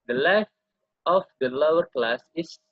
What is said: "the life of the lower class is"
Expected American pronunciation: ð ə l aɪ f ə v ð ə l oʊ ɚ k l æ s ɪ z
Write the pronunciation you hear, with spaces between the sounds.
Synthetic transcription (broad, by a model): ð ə l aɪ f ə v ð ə l oʊ ɚ k l æ s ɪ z